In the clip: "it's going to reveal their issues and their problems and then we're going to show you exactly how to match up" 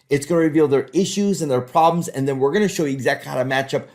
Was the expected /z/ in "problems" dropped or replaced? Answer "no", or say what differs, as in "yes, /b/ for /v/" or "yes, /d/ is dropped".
no